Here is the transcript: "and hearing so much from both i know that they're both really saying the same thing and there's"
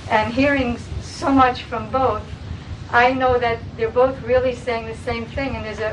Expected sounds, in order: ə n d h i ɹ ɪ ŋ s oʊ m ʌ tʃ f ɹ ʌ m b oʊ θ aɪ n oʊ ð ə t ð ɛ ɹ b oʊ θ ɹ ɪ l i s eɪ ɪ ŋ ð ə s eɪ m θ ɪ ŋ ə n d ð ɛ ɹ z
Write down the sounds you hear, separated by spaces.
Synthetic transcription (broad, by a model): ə n h i ɹ ɪ ŋ s oʊ m ʌ tʃ f ɹ ʌ m b oʊ θ aɪ n oʊ ð ə t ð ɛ ɹ b oʊ θ ɹ ɪ l i s eɪ ɪ ŋ ð ə s eɪ m θ ɪ ŋ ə n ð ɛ ɹ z